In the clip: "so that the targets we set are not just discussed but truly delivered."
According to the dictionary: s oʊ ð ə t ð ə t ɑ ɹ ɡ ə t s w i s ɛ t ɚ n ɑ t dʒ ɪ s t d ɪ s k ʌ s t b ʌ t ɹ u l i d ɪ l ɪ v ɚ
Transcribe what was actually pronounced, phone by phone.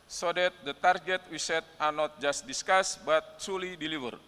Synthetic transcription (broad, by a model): s oʊ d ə t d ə t ɑ ɹ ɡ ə t w i s ɛ t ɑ n ɑ t dʒ ɪ s t d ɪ s k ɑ s b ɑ t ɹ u l i d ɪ l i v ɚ